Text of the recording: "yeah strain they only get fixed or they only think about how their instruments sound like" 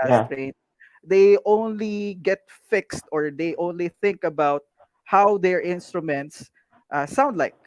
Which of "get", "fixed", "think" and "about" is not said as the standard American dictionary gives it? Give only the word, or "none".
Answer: none